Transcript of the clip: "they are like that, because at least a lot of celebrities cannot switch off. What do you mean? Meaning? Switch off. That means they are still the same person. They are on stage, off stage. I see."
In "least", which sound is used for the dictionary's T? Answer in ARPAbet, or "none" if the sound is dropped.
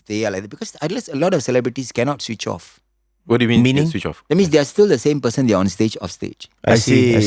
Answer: none